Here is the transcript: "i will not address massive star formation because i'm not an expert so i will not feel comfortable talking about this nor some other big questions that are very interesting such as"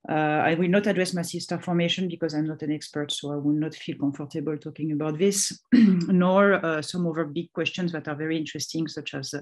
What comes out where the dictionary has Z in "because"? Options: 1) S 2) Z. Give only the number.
2